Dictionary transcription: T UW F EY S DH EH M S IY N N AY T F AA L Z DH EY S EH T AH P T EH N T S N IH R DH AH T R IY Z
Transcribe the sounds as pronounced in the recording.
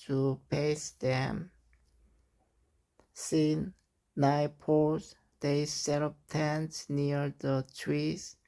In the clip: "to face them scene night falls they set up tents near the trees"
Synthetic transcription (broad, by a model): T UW P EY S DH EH M S IY N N AY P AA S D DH EY S EH T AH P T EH N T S N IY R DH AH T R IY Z